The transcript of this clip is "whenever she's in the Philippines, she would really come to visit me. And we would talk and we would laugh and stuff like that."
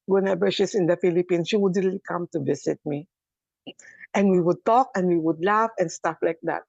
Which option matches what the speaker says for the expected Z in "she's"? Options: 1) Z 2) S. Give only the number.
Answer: 2